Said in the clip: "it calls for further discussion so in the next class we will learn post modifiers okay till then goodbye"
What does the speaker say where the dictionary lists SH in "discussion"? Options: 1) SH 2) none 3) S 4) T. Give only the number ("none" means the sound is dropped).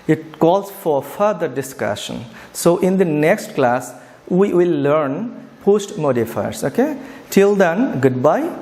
1